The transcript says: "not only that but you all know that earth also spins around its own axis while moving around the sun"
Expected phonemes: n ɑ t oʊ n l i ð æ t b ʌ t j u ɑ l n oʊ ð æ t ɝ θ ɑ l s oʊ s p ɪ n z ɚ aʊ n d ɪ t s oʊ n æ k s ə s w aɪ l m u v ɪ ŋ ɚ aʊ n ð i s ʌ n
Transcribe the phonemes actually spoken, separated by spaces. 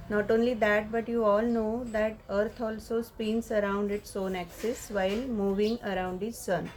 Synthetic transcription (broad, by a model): n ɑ t oʊ n l i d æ t b ʌ t j u ɑ l n oʊ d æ t ɝ t ɑ l s oʊ s p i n s ɚ aʊ n d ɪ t s oʊ n æ k s ə s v aɪ l m u v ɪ ŋ ɚ aʊ n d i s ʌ n